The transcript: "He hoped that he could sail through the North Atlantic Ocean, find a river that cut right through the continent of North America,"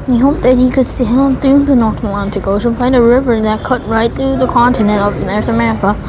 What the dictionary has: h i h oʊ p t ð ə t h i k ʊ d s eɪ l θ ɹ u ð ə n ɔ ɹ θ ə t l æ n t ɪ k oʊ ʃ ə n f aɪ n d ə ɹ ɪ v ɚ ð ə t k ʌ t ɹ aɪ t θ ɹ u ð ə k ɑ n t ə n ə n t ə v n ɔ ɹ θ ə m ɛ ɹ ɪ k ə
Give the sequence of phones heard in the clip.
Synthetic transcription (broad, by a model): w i h oʊ p ð ə t h i k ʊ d s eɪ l θ ɹ u ð ə n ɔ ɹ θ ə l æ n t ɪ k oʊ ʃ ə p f aɪ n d ə ɹ ɪ v ɚ ð ə t k ʌ t ɹ aɪ t θ ɹ u ð ə k ɑ n t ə n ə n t ə v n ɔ ɹ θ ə m ɛ ɹ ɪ k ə